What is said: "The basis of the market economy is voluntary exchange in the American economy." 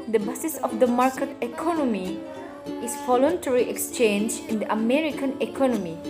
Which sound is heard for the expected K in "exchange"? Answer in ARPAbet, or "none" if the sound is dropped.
K